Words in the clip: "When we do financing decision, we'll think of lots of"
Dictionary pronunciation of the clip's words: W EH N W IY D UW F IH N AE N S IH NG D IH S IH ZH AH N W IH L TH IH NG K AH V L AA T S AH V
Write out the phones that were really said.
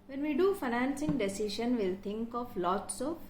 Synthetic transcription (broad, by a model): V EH N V IY D UW F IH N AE N S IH NG D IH S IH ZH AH N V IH L T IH NG K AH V L AA T S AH